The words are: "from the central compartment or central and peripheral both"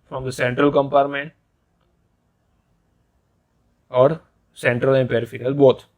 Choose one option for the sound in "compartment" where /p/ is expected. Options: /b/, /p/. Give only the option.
/p/